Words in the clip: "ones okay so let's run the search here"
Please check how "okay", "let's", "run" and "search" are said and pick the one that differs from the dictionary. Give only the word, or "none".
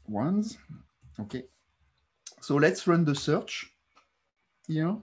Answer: none